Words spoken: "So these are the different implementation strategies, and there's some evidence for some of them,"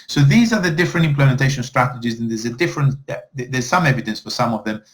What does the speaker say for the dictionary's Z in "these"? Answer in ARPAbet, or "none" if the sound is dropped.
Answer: Z